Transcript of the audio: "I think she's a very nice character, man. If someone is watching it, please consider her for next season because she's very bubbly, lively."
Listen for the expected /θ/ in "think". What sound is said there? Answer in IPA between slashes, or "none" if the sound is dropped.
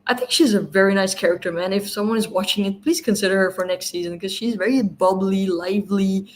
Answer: /θ/